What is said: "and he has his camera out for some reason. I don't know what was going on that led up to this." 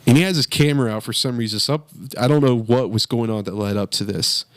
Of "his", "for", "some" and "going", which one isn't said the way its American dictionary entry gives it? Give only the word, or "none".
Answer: his